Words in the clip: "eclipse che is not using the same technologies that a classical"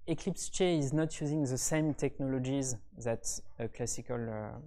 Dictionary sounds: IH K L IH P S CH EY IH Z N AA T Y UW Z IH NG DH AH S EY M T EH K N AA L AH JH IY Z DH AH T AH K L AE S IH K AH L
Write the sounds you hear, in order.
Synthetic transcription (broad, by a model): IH K L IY P S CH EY IH Z N AA T Y UW Z IH NG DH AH S EY M T EH K N AA L AH JH IY Z DH AH T AH K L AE S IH K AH L